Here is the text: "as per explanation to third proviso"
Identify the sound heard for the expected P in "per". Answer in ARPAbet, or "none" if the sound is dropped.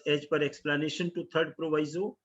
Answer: P